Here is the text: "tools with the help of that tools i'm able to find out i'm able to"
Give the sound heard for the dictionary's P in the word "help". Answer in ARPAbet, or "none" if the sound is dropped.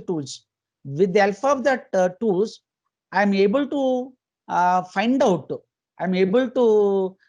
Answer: F